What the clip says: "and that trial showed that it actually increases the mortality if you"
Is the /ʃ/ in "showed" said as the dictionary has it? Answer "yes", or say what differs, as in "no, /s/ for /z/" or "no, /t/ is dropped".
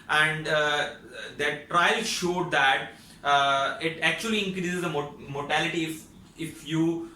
yes